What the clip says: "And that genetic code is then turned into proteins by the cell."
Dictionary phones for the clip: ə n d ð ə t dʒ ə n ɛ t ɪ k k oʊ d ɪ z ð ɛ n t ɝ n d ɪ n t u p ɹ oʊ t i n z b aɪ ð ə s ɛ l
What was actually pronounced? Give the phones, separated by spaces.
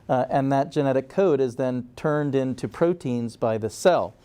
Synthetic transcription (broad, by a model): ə n ð ə t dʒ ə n ɛ t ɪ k k oʊ d ɪ z ð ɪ n t ɝ n d ɪ n t u p ɹ oʊ t i n z b aɪ ð ə s ɛ l